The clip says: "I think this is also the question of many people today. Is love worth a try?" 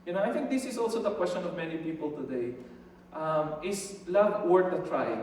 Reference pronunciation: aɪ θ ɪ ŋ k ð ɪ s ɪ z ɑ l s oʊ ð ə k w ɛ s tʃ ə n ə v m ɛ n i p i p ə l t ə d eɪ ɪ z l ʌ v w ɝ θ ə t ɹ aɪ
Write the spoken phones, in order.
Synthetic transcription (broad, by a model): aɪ θ ɪ ŋ k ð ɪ s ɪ s ɑ l s oʊ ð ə k w ɛ s tʃ ə n ə v m ɛ n i p i p ə l t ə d eɪ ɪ s l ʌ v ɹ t ə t ɹ aɪ